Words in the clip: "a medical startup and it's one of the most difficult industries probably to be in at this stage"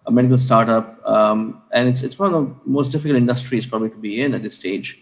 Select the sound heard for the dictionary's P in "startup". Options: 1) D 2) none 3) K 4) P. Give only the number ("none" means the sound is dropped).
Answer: 4